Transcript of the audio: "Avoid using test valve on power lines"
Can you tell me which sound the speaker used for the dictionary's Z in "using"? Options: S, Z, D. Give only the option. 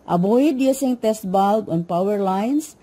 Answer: S